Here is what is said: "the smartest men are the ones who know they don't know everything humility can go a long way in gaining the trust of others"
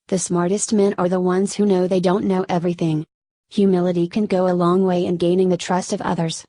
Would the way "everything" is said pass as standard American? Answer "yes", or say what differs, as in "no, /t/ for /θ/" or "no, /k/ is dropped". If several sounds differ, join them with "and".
yes